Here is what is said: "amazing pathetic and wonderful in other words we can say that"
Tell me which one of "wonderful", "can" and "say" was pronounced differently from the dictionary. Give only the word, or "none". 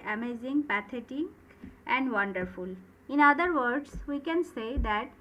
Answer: none